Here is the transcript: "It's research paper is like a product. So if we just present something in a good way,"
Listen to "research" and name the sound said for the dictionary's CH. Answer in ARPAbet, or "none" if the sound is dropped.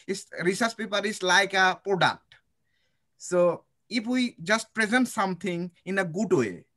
S